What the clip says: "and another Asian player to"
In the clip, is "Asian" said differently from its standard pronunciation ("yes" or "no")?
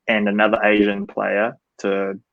no